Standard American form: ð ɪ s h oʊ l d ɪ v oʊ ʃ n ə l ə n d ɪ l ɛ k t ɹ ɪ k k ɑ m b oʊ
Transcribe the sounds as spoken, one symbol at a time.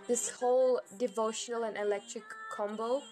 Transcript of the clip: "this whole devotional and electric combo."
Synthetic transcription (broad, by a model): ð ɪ s h oʊ l d ɪ v oʊ ʃ n ə l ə n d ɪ l ɛ k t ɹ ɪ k k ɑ m b oʊ